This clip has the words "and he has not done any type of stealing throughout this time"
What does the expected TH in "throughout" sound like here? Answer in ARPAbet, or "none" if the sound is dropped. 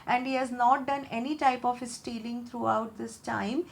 T